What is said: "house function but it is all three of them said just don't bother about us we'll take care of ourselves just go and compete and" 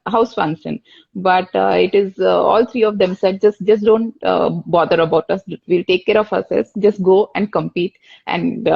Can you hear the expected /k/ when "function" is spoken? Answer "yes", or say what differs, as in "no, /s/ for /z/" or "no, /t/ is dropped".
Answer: no, /k/ is dropped